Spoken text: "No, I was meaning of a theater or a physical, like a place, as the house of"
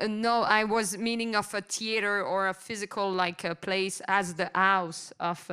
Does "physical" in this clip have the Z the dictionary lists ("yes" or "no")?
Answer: yes